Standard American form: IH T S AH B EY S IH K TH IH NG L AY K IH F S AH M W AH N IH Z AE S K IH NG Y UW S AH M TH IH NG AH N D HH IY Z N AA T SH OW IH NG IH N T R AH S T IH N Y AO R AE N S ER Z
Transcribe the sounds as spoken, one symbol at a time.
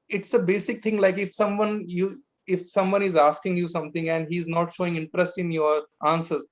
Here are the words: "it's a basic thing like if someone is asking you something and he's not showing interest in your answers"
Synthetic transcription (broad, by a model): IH T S AH B EY S IH K T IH NG L AY K IH F S AH M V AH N IH Z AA S K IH NG Y UW S AH M T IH NG AH N D HH IY Z N AA T SH OW IH NG IH N T R AH S T IH N Y AO R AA N S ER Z